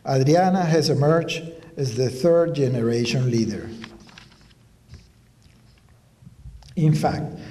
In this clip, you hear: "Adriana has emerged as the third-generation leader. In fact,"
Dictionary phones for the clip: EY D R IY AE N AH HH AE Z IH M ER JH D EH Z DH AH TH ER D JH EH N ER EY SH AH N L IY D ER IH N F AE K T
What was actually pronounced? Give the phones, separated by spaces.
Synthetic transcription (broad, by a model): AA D R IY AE N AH HH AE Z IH M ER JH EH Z DH AH TH ER D JH EH N ER EY SH AH N L IY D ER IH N F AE K T